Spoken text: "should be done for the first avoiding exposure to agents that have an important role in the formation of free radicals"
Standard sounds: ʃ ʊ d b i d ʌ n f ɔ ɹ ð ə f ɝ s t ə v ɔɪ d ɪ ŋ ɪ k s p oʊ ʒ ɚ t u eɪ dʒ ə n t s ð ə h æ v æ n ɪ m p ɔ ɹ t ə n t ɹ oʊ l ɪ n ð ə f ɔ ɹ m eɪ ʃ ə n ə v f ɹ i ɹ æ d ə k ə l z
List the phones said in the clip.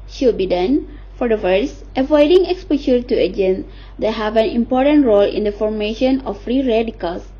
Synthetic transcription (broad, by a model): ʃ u b i d ʌ n f ɔ ɹ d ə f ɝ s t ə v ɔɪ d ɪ ŋ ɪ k s p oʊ ʃ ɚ t u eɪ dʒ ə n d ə h æ v æ n ɪ m p ɔ ɹ t ə n t ɹ oʊ l ɪ n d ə f ɔ ɹ m eɪ ʃ ə n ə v f ɹ i ɹ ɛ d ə k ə l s